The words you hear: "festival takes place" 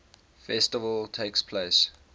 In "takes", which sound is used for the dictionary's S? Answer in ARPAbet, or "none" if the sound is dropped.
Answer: S